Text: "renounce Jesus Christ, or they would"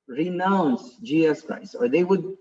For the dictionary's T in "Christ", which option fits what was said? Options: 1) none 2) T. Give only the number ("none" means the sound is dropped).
1